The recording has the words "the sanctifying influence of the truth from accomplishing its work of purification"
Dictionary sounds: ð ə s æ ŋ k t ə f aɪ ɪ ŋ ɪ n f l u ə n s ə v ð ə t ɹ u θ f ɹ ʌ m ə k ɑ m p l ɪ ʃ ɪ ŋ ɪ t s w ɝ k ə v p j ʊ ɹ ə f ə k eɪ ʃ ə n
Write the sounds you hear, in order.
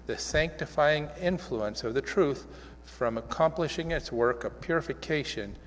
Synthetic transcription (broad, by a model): ð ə s æ ŋ k t ə f aɪ ɪ ŋ ɪ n f l u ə n s ə v ð ə t ɹ u θ f ɹ ʌ m ə k ɑ m p l ɪ ʃ ɪ ŋ ɪ t s w ɝ k ə v p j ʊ ɹ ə f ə k eɪ ʃ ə n